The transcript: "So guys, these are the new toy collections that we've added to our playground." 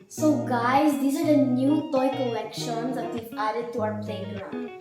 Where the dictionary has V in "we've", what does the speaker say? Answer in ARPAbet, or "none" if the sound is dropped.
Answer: none